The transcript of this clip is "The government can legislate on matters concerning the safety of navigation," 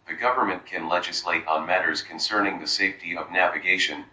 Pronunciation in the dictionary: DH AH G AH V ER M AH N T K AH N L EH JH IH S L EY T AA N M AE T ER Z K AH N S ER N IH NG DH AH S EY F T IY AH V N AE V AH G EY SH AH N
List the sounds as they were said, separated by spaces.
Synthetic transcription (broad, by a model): DH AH G AH V ER M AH N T K AH N L EH JH IH S L EY T N M AE T ER Z K AH N S ER N IH NG DH AH S EY F T IY AH V N AE V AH G EY SH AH N